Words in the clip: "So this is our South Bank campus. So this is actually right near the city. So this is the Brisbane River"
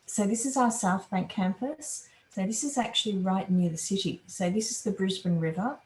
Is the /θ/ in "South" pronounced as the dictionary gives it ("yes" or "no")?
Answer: yes